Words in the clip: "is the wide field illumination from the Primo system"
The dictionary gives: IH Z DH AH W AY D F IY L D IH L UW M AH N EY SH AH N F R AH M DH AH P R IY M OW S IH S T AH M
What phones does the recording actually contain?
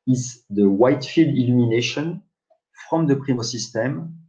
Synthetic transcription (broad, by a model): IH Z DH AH W AY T F IY L D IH L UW M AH N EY SH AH N F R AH M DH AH P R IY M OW S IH S T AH M